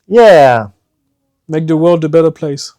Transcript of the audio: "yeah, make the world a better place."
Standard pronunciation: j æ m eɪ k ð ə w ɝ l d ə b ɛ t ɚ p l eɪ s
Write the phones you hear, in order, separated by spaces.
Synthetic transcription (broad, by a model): j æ m eɪ k ð ə w ɝ l d ə b ɛ t ɚ p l eɪ s